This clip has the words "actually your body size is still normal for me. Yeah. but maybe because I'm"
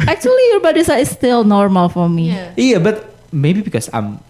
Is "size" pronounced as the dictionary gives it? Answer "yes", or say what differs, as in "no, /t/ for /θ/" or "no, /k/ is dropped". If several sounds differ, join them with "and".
no, /z/ is dropped